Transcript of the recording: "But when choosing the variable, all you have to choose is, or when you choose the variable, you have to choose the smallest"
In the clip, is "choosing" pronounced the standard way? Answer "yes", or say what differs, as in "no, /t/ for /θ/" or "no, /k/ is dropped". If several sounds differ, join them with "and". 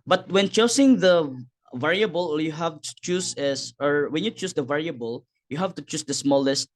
no, /s/ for /z/